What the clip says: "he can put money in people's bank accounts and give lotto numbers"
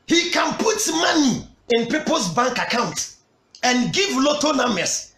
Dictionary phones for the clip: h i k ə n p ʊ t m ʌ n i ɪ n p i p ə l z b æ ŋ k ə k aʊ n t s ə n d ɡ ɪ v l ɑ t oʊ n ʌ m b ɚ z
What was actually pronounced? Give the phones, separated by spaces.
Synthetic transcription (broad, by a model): h i k ə n p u t m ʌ n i ɪ n p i p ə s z b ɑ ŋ k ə k aʊ n t ə n ɡ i v l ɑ t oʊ n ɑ m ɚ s